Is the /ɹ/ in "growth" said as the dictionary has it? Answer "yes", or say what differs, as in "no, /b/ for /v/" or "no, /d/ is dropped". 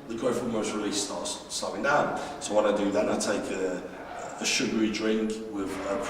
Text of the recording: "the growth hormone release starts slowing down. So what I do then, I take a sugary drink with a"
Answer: no, /ɹ/ is dropped